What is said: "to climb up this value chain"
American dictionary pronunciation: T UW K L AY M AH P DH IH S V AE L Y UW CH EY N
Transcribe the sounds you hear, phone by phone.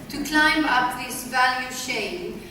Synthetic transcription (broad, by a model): T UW K L AY M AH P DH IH S V AE L Y UW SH EY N